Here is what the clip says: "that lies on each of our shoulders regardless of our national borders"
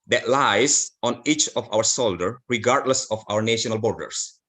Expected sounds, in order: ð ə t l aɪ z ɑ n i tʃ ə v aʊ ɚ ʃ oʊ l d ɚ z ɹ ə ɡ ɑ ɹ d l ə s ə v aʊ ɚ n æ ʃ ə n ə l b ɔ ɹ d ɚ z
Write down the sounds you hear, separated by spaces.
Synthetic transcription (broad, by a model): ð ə t l aɪ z ɑ n i tʃ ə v aʊ ɚ s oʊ l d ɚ ɹ ə ɡ ɑ ɹ d l ə s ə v aʊ ɚ n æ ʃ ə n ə l b ɔ ɹ d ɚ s